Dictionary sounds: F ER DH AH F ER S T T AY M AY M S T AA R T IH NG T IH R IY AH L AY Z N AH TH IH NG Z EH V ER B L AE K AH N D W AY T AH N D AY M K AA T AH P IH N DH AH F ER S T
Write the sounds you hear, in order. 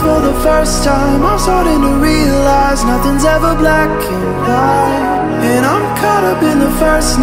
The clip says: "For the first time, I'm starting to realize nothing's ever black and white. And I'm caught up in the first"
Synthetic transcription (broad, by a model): F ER DH AH F ER S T T AY M AY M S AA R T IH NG T IH R IY AH L AY Z N AH TH IH NG Z EH V ER B L AE K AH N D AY AH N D AY M K AA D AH B IH N DH AH F ER S